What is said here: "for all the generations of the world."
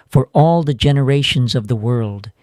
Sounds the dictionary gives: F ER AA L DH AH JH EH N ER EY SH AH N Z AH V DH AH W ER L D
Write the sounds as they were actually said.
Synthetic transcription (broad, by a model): F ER AA L DH AH JH EH N ER EY SH AH N Z AH V DH AH W ER L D